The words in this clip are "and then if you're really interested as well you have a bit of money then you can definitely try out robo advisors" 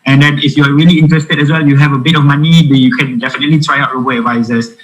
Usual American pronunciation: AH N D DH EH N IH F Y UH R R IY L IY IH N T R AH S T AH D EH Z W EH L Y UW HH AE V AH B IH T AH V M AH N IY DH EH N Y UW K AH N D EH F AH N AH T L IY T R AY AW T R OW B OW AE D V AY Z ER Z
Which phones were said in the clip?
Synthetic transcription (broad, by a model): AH N D EH N IH F Y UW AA R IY L IY IH N T R AH S T AH D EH S W EH L Y UW HH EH V AH B IH T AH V M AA N IY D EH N Y UW K AH N D EH F AH N AH T L IY T R AY AW T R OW B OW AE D V AY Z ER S